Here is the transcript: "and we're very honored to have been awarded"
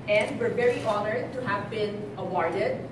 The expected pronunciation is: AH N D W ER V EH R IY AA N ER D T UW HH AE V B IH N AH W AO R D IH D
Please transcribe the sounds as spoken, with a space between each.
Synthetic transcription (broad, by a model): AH N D W ER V EH R IY AA N ER D T UW HH AE V B IH N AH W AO R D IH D